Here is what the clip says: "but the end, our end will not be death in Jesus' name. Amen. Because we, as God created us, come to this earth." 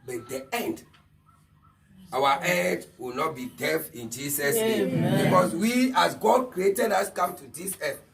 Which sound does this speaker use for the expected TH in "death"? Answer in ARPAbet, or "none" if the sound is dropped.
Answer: F